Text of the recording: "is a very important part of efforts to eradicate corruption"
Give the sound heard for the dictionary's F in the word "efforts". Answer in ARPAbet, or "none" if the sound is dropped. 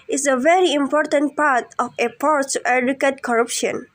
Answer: P